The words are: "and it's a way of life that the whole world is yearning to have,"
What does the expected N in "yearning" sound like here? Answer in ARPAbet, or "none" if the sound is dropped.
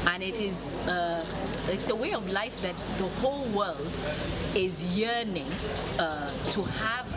N